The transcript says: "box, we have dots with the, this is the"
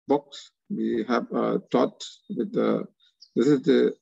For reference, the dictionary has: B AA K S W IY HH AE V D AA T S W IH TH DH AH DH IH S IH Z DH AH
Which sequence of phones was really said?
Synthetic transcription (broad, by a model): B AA K S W IY HH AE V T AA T W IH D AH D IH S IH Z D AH